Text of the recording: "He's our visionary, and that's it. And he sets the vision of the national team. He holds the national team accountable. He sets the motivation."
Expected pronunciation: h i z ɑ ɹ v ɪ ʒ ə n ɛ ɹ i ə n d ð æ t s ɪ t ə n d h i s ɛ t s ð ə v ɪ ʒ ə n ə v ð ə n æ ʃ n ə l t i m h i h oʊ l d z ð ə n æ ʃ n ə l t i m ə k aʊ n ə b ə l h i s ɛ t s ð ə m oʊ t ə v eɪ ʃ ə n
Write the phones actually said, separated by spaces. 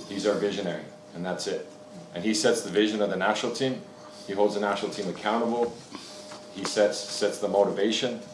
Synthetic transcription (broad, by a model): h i z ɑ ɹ v ɪ ʒ ə n ɛ ɹ i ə n ð æ t s ɪ t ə n i s ɛ t s ð ə v ɪ ʒ ə n ə v ð ə n æ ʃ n l t i m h i h oʊ l d z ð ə n æ ʃ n l t i m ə k aʊ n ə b l h i s ɛ t s ð ə m oʊ t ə v eɪ ʃ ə n